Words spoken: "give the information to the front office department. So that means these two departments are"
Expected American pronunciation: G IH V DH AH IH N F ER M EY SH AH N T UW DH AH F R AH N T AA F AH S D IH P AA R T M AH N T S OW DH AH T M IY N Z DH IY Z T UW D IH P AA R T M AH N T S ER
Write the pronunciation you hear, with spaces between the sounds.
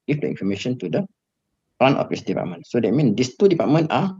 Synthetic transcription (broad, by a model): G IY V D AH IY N F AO M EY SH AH N T UW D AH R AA N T AA F AH S D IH P AA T M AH N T S OW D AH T M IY N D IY S T UW D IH P AA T M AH N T AA